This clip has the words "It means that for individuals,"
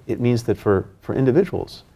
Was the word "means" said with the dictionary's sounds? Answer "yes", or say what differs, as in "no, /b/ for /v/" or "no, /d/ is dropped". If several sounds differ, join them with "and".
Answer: yes